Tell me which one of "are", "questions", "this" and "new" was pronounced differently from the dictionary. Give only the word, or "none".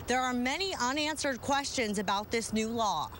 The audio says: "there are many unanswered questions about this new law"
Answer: none